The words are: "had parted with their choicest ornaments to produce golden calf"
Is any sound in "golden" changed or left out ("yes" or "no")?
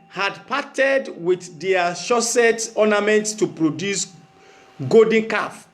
yes